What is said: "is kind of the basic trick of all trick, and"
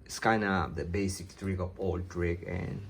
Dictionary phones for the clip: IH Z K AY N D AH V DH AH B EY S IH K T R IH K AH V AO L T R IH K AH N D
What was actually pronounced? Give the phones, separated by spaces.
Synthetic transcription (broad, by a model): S K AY N AH P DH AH B EY S IH K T R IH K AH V AO L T R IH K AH N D